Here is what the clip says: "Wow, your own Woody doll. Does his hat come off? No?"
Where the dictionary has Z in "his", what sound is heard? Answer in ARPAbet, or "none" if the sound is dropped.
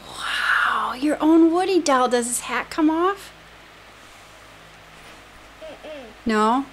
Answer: S